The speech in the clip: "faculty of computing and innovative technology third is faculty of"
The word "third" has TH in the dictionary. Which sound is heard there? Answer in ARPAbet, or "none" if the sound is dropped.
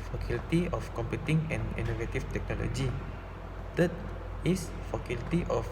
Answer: T